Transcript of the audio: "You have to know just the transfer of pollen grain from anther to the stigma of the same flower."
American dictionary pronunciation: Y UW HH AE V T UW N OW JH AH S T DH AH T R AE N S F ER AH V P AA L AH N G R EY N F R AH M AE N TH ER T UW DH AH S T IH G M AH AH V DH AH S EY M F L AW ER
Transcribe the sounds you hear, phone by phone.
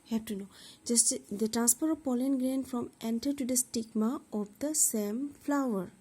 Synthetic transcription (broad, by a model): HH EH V T UW N OW JH AH S T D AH T R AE N S P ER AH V P AA L AH N G R EY N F R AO M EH N T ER T UW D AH S T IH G M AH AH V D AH S EY M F L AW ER